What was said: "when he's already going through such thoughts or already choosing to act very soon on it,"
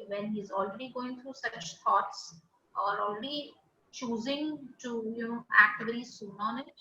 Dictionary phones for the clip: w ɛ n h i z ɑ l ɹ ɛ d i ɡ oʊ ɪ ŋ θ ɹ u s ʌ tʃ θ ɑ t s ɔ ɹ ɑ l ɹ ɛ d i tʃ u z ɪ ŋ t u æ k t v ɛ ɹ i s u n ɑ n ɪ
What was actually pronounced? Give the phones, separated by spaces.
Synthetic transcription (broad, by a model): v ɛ n h i z ɑ l ɹ ɛ d i ɡ oʊ ɪ ŋ t ɹ u s ʌ tʃ t ɑ t s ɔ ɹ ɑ l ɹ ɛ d i tʃ u z ɪ ŋ t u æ k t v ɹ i s u n ɑ n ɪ